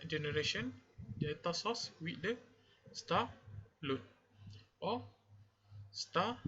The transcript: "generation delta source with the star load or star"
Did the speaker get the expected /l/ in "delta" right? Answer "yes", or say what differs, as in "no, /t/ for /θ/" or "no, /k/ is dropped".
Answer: no, /l/ is dropped